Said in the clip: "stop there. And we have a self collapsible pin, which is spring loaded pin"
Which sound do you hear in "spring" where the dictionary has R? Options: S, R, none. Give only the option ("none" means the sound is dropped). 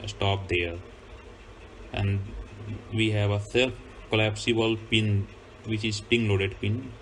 none